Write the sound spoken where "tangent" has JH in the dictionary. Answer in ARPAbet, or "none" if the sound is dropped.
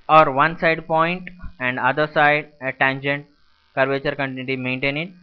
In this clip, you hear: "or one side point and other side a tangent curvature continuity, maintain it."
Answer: JH